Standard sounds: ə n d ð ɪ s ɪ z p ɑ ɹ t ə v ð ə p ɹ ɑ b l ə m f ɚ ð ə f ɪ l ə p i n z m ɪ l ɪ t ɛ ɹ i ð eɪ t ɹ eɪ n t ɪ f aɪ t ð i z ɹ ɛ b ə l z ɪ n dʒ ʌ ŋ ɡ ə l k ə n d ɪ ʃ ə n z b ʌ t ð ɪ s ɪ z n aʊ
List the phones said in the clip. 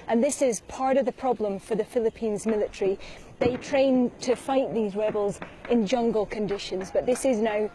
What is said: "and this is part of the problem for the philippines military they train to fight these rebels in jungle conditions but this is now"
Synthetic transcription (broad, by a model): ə n ð ɪ s ɪ z p ɑ ɹ t ə v ð ə p ɹ ɑ b l ə m f ɚ ð ə f ɪ l ə p i n z m ɪ l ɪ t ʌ ɹ i ð eɪ t ɹ eɪ n t ɪ f aɪ t ð i z ɹ ɛ b ə l z ɪ n dʒ ʌ ŋ ɡ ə l k ə n d ɪ ʃ ə n z b ʌ t ð ɪ s ɪ z n aʊ